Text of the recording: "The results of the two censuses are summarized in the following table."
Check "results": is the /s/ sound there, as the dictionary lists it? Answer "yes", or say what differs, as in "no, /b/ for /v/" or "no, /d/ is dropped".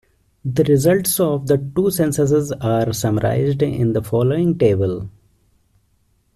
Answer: yes